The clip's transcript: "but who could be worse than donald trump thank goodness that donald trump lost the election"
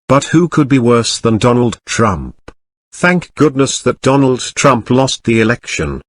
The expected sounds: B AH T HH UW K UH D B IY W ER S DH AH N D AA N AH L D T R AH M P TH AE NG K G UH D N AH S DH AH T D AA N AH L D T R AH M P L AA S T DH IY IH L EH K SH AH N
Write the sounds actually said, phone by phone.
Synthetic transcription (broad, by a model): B AH T HH UW K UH D B IY W ER S DH AH N D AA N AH L D T R AH M P TH AE NG K G UH D N AH S DH AH T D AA N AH L D T R AH M P L AA S T DH IY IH L EH K SH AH N